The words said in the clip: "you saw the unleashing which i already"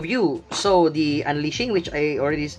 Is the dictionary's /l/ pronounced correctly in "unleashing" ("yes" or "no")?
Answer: yes